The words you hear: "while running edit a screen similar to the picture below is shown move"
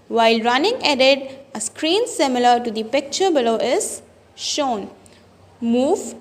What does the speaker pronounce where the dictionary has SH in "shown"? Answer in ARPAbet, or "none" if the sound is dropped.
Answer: SH